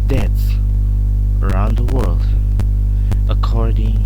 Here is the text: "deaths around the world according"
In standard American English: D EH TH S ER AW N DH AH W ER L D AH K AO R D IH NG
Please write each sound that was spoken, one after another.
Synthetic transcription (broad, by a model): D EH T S ER AW N DH AH W ER L D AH K AO R D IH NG